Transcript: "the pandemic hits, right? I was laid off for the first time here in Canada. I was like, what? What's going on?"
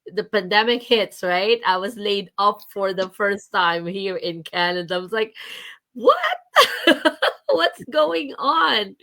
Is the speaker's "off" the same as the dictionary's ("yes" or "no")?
no